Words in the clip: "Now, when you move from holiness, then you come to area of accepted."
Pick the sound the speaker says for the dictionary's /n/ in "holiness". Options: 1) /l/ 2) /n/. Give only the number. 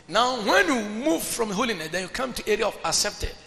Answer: 2